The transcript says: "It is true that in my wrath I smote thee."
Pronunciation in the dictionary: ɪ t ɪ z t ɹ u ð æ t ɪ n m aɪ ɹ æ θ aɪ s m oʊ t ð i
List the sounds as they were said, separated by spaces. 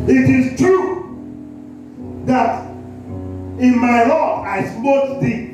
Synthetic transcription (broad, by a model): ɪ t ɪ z t ɹ u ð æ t ɪ n m aɪ l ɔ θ aɪ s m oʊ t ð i